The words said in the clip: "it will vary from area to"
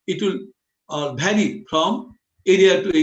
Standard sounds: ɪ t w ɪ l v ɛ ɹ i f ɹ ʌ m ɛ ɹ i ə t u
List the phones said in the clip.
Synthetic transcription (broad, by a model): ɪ t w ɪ l b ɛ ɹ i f ɹ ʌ m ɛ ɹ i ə t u